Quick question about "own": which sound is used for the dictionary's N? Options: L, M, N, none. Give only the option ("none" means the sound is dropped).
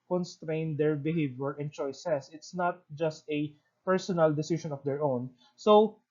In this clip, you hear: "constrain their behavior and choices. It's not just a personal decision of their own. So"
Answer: N